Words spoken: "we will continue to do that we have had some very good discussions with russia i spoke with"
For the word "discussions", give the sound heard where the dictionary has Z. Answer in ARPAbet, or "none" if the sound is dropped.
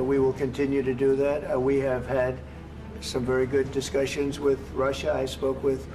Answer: Z